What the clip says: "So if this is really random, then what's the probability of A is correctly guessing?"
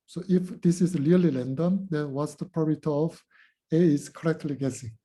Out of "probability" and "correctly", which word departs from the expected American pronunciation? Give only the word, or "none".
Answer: probability